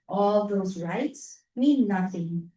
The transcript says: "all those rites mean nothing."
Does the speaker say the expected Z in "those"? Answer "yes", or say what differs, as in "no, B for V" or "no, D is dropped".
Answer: yes